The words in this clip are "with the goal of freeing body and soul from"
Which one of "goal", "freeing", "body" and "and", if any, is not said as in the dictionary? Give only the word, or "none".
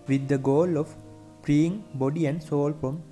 freeing